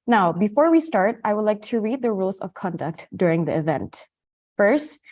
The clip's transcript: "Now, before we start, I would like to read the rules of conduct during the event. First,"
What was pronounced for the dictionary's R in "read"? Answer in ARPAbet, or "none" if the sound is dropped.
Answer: R